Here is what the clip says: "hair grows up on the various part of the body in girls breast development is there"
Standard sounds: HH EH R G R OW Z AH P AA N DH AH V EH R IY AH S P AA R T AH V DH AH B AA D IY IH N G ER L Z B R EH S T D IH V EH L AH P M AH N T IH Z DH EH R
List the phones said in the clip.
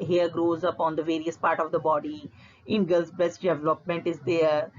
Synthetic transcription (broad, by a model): HH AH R G R OW Z AH P AA N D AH V EH R IY AH S P AA R T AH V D AH B AA D IY IH N G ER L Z B EH S T D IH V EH L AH P M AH N T IH Z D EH R